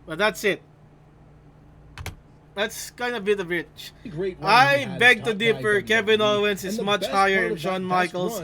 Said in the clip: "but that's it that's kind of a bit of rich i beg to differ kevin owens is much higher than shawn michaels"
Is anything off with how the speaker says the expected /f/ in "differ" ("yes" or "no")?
yes